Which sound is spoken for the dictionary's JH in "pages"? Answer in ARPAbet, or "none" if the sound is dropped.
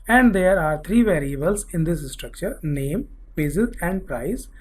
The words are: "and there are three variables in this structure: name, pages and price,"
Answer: Z